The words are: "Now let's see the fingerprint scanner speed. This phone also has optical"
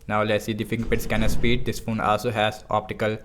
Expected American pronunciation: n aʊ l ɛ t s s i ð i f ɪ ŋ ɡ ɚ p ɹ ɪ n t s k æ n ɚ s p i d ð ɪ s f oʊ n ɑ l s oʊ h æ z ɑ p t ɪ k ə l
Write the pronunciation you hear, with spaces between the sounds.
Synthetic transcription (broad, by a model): n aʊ l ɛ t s s i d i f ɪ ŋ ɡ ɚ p ɪ t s k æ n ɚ s p i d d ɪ s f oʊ n ɑ l s oʊ h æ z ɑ p t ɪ k ə l